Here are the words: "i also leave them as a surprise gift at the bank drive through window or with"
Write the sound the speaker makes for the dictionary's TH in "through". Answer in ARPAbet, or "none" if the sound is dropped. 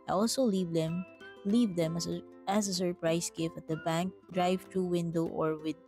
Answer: T